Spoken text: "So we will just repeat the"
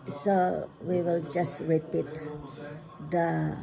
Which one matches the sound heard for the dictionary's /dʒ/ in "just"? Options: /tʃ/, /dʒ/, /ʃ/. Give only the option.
/dʒ/